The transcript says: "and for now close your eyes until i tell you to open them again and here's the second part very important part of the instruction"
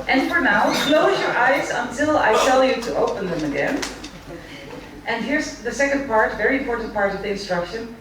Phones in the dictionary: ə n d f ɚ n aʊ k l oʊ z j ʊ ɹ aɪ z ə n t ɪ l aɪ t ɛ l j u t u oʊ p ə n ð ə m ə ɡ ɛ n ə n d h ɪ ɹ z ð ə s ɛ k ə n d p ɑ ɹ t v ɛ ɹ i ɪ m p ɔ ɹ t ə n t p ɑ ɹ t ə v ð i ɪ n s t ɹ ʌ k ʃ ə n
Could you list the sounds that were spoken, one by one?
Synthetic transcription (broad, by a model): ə n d f ɚ n aʊ k l oʊ z j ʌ ɹ aɪ z ə n t ɪ l aɪ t ɛ l j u t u oʊ p ə n ð ə m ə ɡ ɛ n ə n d h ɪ ɹ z ð ə s ɛ k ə n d p ɑ ɹ t v ɛ ɹ i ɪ m p ɔ ɹ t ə n t p ɑ ɹ t ə v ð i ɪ n s t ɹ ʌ k ʃ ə n